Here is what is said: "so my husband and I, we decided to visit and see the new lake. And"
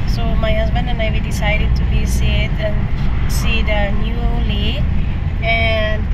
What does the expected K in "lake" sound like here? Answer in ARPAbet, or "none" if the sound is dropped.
none